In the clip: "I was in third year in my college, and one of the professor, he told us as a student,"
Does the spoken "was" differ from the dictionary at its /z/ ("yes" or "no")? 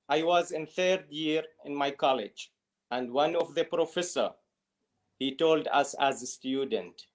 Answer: no